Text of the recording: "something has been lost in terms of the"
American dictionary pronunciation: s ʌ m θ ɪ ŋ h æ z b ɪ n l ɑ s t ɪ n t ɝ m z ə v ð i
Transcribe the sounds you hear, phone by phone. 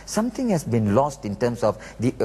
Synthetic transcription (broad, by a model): s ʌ m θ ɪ ŋ h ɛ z b ɪ n l ɑ s t ɪ n t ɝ m s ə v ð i